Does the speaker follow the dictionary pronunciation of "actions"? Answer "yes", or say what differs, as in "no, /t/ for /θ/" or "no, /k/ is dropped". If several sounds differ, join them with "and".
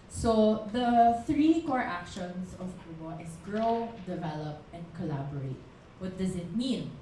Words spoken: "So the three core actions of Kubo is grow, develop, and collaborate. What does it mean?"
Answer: no, /s/ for /z/